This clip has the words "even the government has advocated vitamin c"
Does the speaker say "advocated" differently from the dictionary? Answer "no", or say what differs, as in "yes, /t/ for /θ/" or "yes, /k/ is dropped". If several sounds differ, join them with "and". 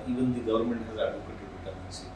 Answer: yes, /v/ is dropped